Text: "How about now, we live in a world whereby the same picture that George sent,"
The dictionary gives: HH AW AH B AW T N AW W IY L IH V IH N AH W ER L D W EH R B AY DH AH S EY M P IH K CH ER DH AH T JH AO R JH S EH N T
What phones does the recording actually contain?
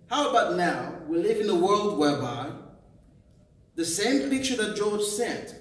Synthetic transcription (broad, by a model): HH AW AH B AW T N AW W IY L IH V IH N AH W ER L D W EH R B AY DH AH S EY M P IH K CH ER DH AH T JH AO R JH S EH N T